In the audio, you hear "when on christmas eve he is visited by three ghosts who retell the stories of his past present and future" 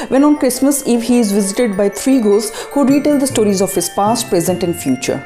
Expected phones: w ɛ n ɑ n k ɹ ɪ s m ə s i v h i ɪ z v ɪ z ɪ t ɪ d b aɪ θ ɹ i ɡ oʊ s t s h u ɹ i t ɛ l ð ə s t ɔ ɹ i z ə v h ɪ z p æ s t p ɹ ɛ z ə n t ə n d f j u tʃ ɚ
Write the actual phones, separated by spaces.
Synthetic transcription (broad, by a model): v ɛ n ɑ n k ɹ ɪ s m ə s i v h i ɪ z v ɪ z ɪ t ɪ d b aɪ t ɹ i ɡ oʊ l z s h u ɹ i t ɛ l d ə s t ɔ ɹ i z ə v h ɪ z p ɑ s t p ɹ ɛ z ə n t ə n f j u tʃ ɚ